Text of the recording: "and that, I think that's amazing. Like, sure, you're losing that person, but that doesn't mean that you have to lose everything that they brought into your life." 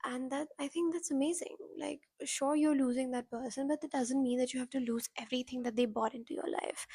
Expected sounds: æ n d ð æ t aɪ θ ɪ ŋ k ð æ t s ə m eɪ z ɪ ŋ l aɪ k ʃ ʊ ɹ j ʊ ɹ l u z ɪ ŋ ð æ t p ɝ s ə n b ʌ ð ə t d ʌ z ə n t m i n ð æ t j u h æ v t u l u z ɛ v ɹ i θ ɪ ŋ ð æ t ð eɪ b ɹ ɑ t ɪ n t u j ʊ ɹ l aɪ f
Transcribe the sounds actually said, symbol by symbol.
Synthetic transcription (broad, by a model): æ n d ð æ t aɪ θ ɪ ŋ k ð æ t s ə m eɪ z ɪ ŋ l aɪ k ʃ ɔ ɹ j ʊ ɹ l u z ɪ ŋ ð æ t p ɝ s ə n b ʌ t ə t d ʌ z ə n t m i n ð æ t j u h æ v t u l u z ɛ v ɹ i t ɪ ŋ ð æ t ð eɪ b ɑ t ɪ n t u j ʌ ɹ l aɪ f